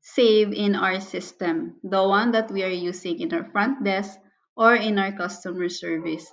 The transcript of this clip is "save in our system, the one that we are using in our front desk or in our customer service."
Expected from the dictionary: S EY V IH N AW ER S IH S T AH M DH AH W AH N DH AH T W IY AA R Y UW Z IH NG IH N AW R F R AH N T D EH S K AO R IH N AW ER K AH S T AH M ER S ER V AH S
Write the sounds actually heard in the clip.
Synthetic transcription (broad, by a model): S EY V IH N AW ER S IH S T AH M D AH W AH N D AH T W IY AA R Y UW S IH NG IH N AW R F R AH N T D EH S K AO R IH N AW ER K AH S T AH M ER S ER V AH S